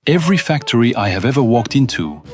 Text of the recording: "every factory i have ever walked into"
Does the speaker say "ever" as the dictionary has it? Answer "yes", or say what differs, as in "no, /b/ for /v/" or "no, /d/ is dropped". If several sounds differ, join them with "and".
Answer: yes